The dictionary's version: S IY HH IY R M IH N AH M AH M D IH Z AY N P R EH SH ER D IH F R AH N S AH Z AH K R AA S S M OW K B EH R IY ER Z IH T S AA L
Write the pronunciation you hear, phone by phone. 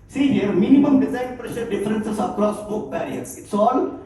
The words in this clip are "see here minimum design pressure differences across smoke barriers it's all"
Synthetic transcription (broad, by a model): S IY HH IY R M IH N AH M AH M D IH Z AY N P R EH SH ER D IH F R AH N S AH S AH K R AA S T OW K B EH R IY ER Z IH T S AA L